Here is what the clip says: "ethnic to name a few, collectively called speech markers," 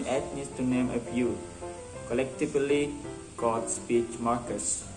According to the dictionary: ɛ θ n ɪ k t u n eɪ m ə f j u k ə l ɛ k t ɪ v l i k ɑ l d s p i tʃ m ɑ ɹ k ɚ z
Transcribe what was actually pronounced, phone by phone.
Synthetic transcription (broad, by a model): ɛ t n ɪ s t u n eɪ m ə p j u k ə l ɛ k t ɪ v l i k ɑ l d s p i tʃ m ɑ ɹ k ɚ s